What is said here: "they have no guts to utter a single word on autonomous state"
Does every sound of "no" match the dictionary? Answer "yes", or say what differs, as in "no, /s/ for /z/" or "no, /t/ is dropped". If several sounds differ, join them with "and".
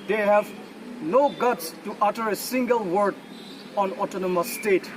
yes